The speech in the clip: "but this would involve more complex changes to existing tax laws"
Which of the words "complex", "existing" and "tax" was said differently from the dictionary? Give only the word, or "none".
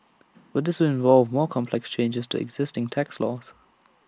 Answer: none